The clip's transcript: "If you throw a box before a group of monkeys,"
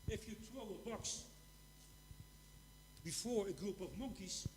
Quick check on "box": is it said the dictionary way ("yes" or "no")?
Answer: yes